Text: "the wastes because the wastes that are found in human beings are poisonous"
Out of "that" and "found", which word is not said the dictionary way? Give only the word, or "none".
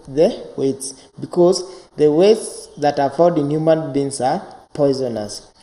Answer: found